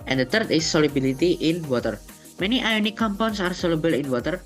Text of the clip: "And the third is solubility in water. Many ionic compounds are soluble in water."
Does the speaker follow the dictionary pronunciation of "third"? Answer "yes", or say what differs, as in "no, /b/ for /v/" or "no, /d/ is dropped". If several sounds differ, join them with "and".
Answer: no, /t/ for /θ/